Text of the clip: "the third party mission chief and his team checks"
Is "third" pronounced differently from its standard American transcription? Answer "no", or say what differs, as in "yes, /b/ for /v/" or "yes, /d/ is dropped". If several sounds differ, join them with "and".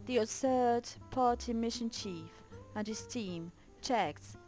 yes, /s/ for /θ/